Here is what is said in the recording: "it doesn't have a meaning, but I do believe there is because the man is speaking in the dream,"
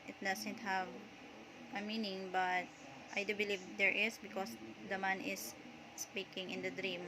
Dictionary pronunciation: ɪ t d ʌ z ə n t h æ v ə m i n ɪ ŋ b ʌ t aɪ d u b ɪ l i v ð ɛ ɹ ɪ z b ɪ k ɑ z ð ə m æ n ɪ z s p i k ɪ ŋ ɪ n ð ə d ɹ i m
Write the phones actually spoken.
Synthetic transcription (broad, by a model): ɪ t d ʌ s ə n t h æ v ə m i n ɪ ŋ b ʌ t aɪ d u b ɪ l i v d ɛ ɹ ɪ s b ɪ k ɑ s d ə m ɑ n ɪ s p i k ɪ ŋ ɪ n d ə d ɹ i m